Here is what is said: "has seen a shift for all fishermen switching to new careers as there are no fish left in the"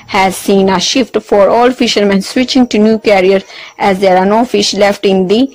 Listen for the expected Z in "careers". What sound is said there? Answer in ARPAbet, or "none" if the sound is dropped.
none